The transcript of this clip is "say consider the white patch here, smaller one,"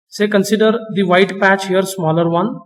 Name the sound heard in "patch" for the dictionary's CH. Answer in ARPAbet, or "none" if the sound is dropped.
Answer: CH